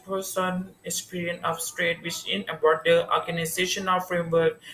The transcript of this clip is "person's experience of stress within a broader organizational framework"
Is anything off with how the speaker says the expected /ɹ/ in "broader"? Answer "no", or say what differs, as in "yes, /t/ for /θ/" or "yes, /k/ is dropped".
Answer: yes, /ɹ/ is dropped